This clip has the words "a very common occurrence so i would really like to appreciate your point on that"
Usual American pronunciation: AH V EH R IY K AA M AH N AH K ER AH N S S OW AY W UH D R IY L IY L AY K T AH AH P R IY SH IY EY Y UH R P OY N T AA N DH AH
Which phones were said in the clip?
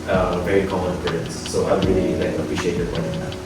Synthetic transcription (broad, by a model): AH V EH R IY K AA M AH N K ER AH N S S OW AY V R IY L IY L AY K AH AH P R IY SH IY EY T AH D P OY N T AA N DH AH